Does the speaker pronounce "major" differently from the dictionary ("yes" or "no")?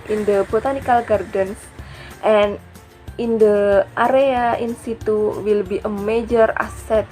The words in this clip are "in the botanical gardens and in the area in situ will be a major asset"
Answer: no